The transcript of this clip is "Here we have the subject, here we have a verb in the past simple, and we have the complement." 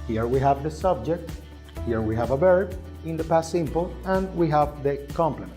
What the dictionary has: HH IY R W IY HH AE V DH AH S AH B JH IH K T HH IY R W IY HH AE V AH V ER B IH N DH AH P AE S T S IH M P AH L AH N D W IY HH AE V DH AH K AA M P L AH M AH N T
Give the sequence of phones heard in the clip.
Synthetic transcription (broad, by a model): HH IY R W IY HH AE V DH AH S AH B JH IH K T HH IY R W IY HH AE V AH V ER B IH N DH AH P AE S S IH M P AH L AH N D W IY HH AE V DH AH K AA M P L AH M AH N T